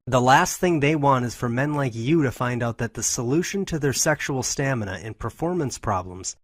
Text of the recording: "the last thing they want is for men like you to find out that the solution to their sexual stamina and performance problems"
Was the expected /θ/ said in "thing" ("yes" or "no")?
yes